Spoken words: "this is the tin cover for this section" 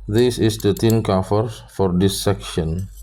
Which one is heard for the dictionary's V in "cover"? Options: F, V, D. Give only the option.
F